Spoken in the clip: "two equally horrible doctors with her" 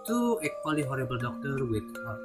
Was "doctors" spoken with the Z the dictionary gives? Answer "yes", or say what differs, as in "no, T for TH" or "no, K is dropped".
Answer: no, Z is dropped